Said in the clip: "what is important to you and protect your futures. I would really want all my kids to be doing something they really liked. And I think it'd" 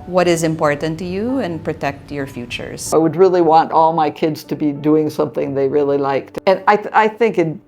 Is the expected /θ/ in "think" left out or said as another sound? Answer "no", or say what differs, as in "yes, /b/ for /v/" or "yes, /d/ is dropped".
no